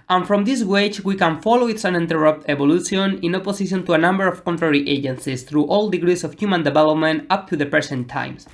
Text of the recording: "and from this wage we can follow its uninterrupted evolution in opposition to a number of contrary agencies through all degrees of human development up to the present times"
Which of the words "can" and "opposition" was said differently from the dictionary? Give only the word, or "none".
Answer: opposition